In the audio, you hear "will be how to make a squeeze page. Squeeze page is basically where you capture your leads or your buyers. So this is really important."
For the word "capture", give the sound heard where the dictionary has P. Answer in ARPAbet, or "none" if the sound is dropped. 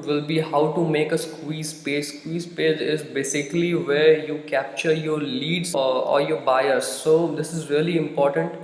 P